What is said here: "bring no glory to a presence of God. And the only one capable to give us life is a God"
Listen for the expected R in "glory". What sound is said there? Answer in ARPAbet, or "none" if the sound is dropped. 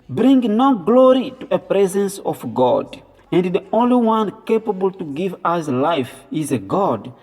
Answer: R